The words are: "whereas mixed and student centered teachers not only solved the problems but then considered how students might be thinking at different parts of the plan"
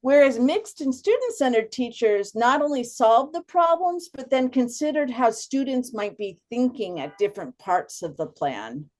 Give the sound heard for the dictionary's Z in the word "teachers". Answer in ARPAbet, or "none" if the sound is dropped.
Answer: Z